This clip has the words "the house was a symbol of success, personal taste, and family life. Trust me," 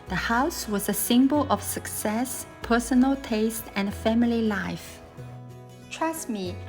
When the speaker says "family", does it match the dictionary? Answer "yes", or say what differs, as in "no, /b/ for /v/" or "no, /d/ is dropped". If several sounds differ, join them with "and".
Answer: yes